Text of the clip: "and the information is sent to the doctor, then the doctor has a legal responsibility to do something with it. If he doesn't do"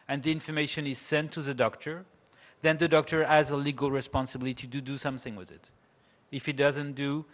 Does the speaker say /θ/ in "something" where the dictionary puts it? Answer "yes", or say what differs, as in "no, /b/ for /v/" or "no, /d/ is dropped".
yes